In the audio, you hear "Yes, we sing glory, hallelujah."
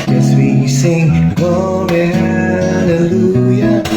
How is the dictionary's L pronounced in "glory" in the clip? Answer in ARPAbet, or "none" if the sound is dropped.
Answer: none